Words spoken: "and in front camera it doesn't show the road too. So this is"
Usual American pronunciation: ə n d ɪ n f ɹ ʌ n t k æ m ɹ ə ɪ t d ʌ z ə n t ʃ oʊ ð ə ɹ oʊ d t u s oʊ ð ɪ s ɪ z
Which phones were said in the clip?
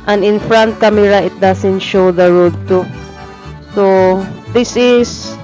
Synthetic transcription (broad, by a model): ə n ɪ n f ɹ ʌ n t k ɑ m ɹ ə ɪ t d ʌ s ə n t ʃ oʊ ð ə ɹ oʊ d t u s oʊ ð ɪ s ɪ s